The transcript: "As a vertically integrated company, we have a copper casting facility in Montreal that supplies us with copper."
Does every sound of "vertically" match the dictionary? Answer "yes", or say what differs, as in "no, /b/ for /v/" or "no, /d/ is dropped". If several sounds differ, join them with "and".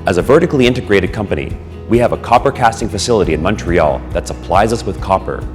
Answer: yes